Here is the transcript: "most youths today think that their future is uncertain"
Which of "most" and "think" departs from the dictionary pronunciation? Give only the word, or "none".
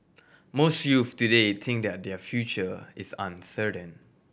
think